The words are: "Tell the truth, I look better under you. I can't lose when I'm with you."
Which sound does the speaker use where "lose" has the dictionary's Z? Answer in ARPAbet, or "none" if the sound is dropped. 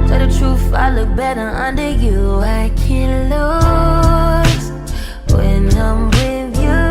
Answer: none